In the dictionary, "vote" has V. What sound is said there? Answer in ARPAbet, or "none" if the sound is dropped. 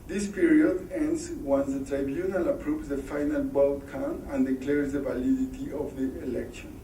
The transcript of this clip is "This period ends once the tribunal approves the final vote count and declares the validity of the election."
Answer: B